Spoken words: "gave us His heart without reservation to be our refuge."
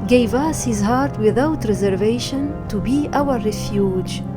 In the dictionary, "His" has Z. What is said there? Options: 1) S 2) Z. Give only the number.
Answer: 2